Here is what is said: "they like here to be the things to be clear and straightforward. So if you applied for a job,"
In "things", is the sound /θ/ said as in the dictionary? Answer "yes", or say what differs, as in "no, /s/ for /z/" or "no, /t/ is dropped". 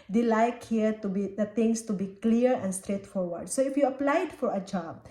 no, /t/ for /θ/